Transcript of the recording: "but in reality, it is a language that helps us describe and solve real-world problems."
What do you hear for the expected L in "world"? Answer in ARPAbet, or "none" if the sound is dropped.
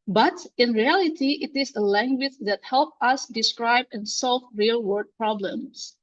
none